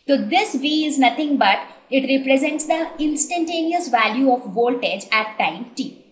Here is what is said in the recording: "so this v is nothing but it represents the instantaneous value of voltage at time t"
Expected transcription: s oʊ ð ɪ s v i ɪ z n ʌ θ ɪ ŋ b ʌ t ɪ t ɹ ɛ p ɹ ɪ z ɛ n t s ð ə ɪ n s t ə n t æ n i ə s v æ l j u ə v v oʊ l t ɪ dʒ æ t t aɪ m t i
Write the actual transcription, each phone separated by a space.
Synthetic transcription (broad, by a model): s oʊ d ɪ s v i ɪ z n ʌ t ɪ ŋ b ʌ t ɪ t ɹ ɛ p ɹ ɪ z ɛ n t s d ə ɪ n s t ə n t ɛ n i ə s v æ l j u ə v v oʊ l t ɪ dʒ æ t t aɪ m t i